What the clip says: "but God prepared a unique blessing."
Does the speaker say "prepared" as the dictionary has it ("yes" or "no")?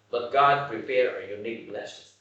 no